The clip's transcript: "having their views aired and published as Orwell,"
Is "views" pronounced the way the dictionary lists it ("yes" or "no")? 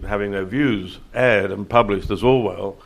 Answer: yes